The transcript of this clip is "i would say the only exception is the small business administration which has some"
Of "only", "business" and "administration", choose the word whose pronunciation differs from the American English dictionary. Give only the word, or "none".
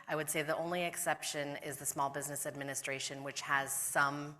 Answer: none